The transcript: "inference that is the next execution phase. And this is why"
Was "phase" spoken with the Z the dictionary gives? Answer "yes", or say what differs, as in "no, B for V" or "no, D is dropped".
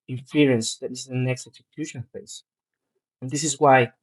no, Z is dropped